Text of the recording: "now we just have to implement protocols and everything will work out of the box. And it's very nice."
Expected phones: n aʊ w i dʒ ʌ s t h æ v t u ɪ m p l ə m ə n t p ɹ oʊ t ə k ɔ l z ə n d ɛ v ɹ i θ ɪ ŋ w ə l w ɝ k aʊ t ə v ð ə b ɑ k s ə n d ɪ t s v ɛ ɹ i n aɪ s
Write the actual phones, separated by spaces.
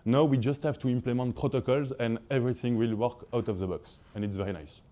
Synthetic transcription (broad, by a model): n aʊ w i dʒ ʌ s t h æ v t u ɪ m p l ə m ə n t p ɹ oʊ t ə k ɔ l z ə n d ɛ v ɹ i θ ɪ ŋ w ə l w ɝ k aʊ t ə v ð ə b ɑ k s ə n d ɪ t s v ɛ ɹ i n aɪ s